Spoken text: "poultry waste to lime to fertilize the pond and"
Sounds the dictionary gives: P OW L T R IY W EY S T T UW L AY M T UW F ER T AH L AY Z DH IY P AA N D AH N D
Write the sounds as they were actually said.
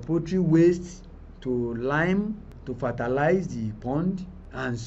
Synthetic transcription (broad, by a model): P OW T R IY W EY S T T UW L AY M T UW F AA T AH L AY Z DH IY P AA N D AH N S